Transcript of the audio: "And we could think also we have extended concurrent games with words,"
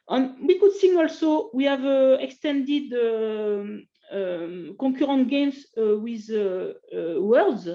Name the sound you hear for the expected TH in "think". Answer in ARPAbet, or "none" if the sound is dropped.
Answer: S